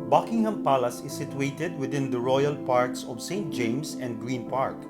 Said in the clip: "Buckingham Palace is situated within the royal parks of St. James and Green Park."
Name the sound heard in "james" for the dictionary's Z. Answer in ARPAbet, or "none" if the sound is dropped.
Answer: S